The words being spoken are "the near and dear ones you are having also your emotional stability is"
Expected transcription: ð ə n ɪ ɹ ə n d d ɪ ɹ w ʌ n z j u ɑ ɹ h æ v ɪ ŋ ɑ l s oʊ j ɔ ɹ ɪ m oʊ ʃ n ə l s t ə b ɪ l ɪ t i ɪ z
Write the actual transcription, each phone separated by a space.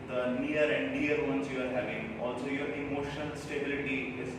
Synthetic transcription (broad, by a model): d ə n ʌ ɹ ə n d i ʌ ɹ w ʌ n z j u ɑ ɹ h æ v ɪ ŋ ɑ l s oʊ j ɔ ɹ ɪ m oʊ ʃ ə n s t ə b ɪ l ɪ t i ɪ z